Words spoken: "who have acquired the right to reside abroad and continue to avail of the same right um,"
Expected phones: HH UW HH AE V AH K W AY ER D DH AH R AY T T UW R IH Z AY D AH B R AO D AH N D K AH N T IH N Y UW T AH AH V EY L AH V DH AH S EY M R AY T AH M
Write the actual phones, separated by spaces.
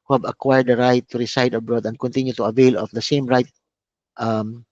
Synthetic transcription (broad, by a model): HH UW HH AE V AH K W AY ER D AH R AY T T UW R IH S AY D AH B R AO D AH N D K AH N T IH N Y UW T AH AH V EY L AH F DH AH S EY M R AY T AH M